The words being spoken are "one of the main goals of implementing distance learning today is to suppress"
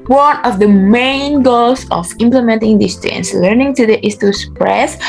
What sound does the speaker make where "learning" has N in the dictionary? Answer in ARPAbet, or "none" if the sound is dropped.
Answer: N